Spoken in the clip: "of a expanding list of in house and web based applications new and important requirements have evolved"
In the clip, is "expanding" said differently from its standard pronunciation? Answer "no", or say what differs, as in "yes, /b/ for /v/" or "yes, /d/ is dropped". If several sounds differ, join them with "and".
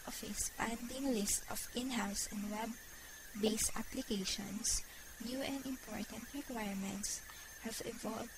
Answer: yes, /k/ is dropped